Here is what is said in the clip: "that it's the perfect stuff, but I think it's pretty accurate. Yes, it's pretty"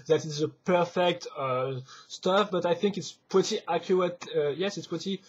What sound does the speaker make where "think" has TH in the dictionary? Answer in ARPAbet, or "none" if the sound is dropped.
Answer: TH